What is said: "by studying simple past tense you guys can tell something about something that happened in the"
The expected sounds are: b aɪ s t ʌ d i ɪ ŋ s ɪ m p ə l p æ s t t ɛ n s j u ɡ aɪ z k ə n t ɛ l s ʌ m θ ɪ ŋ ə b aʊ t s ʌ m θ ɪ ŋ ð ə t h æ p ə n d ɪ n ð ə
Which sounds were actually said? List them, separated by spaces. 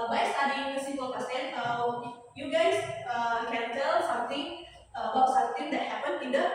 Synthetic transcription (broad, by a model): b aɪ s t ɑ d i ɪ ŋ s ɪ p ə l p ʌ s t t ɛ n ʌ j u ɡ aɪ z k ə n t ɛ l s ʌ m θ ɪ ŋ ə b aʊ t s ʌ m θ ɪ ŋ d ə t h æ p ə n ɪ n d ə